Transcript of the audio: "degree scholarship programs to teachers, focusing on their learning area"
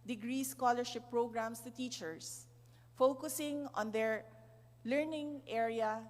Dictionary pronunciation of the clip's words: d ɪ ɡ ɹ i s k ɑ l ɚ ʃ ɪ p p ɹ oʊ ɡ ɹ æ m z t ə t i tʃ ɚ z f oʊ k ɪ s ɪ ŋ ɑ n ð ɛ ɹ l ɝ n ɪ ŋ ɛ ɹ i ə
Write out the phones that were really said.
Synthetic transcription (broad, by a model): d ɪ ɡ ɹ i s k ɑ l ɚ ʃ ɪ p p ɹ oʊ ɡ ɹ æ m s t ə t i tʃ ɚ s f oʊ k ɪ s ɪ ŋ ɑ n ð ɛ ɹ l ɝ n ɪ ŋ ɛ ɹ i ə